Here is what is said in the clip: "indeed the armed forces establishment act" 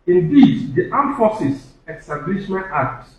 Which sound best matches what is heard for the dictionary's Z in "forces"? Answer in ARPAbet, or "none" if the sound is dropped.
S